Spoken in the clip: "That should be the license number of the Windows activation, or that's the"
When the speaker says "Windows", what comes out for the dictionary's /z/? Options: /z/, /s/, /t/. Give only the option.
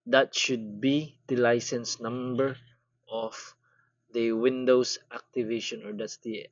/s/